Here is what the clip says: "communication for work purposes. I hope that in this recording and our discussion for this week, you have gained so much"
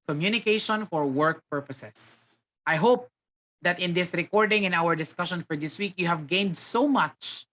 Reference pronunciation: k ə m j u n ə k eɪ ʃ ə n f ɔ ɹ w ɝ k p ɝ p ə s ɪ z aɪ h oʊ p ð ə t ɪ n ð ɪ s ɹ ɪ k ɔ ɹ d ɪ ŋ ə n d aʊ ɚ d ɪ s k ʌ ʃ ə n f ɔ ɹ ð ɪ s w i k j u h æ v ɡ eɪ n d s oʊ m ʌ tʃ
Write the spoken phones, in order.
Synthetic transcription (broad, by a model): k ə m j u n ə k eɪ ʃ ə n f ɔ ɹ w ɝ k p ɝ p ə s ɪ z aɪ h oʊ p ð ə t ɪ n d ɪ s ɹ ɪ k ɔ ɹ d ɪ ŋ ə n aʊ ɚ d ɪ s k ʌ ʃ ə n f ɔ ɹ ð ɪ s w i k j u h æ v ɡ eɪ n d s oʊ m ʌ tʃ